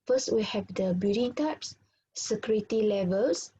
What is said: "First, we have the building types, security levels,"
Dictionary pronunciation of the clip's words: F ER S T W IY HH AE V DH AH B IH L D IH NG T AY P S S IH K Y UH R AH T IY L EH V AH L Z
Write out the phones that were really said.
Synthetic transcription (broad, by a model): F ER S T W IY HH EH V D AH B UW D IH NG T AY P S S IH K Y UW R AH T IY L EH V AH L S